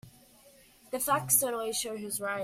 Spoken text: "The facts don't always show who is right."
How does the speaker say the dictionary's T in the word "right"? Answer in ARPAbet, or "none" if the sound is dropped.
none